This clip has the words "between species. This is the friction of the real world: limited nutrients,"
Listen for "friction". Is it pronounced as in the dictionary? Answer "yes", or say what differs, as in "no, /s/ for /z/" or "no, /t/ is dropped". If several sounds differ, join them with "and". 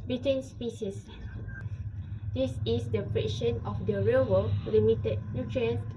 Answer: no, /p/ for /f/